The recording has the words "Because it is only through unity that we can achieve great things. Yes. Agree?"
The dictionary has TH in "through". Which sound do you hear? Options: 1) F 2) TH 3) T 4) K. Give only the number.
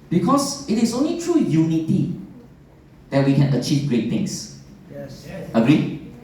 3